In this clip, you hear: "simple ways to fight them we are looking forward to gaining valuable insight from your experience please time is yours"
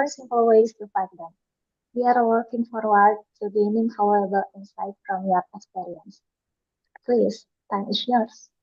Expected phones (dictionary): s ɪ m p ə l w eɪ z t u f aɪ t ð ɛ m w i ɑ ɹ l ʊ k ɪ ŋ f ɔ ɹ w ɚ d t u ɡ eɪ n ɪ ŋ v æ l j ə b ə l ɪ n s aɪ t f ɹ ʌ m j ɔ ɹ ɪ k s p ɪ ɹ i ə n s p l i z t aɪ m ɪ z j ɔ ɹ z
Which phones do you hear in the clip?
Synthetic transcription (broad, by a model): s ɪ m p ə l w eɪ s t u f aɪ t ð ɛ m w i ɑ ɹ w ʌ k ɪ ŋ f ɔ ɹ w ɚ d t u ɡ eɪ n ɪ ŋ f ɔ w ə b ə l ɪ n s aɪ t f ɹ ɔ m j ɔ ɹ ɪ k s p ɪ ɹ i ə n s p l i s t aɪ m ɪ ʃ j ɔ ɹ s